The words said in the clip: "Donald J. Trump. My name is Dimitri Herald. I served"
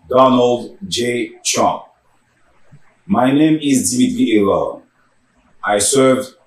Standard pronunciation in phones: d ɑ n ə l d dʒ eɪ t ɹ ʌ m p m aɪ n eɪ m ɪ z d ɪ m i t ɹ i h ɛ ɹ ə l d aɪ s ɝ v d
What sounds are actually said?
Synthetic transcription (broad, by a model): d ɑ n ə l d dʒ eɪ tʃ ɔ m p m aɪ n eɪ m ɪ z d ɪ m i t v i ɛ l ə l aɪ s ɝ v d